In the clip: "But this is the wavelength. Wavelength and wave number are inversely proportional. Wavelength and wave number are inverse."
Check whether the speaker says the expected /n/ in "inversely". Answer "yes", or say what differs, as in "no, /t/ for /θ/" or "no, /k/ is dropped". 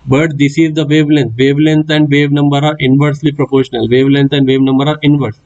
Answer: yes